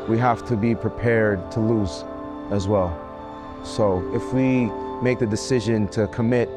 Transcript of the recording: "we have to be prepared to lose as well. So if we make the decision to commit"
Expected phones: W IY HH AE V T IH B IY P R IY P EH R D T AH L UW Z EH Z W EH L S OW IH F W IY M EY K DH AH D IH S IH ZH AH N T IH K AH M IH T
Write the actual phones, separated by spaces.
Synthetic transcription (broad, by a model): W IY HH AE F T IH B IY P R IY P EH R D T AH L UW Z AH Z W EH L S OW IH F W IY M EY K DH AH D IH S IH ZH AH N T IH K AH M IH T